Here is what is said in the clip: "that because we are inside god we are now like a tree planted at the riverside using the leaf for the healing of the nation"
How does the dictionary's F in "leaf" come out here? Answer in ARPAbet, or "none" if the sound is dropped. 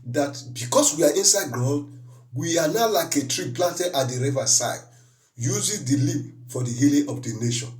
P